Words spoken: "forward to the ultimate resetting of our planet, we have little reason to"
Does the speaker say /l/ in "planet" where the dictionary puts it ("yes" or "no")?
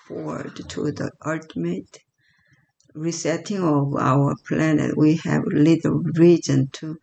yes